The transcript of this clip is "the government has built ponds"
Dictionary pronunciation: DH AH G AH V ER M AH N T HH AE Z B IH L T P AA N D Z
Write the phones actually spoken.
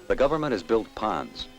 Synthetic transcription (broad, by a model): DH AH G AH V ER M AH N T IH Z B IH L T P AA N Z